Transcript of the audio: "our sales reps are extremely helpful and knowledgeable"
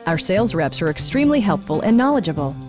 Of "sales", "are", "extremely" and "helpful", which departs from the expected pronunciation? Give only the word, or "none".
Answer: none